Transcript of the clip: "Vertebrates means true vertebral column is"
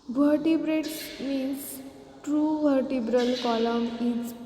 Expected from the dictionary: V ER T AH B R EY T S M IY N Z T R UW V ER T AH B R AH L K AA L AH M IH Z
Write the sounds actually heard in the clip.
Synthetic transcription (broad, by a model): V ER T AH B R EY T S M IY N S T R UW V ER T AH B R AH L K AA L AH M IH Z